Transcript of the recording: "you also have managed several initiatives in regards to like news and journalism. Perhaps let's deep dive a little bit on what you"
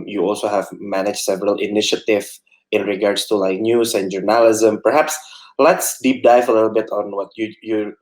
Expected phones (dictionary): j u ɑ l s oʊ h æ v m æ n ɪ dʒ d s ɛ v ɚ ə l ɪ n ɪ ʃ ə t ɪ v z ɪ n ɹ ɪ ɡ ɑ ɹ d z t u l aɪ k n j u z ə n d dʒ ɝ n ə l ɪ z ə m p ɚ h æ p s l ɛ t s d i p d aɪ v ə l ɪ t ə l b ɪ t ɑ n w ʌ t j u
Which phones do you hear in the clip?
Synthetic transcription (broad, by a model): j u ɑ l s oʊ h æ v m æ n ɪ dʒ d s ɛ v ɚ ə l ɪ n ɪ ʃ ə t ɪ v ɪ n ɹ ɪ ɡ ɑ ɹ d s t u l aɪ k n j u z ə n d dʒ ɝ n ə l ɪ z ə m p ɚ h æ p s l ɛ t s d i p d aɪ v ə l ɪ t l b ɪ t ɑ n w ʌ t j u